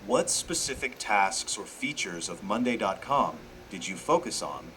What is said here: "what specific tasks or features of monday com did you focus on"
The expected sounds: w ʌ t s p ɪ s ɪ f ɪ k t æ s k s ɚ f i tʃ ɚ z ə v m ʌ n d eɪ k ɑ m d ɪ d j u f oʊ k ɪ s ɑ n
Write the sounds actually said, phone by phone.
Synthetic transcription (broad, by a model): w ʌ t s p ɪ s ɪ f ɪ k t æ s k s ɚ f i tʃ ɚ z ə v m ʌ n d eɪ k ɑ m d ɪ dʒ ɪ f oʊ k ɪ s n